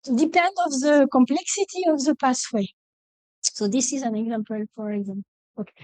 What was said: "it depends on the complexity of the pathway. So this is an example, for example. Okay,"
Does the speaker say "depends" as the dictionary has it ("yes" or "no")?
no